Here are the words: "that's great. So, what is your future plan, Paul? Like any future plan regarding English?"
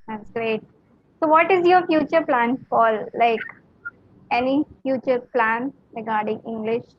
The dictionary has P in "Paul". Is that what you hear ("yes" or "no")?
no